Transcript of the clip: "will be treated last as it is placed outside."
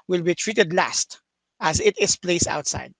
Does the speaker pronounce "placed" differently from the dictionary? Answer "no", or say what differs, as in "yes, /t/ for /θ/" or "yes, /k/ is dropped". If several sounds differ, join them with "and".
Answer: yes, /t/ is dropped